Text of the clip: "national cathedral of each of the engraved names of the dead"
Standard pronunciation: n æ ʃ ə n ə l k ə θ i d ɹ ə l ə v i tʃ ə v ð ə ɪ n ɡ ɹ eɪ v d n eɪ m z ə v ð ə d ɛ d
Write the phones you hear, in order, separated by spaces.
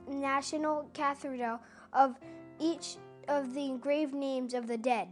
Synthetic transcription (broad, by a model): n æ ʃ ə n l k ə θ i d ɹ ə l ə v i tʃ ə v ð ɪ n ɡ ɹ eɪ v n eɪ m z ə v ð ə d ɛ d